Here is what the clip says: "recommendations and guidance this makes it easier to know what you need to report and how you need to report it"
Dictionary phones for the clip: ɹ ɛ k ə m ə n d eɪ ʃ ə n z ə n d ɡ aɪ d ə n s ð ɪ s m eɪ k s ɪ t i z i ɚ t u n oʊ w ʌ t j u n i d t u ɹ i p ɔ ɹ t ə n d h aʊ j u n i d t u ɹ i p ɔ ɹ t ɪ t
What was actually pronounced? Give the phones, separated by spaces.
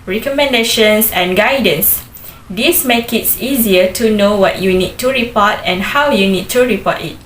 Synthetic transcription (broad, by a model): ɹ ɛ k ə m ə n d eɪ ʃ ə n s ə n ɡ aɪ d ə n s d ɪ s m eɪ k ɪ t i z i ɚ t u n oʊ w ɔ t j u n i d t u ɹ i p ɔ t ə n h aʊ j u n i d t u ɹ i p ɔ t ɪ t